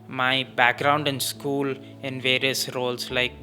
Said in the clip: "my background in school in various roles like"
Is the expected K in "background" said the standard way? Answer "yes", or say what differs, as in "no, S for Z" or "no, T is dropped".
yes